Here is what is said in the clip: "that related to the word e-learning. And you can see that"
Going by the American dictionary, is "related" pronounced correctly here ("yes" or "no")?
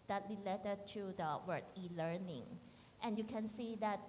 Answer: no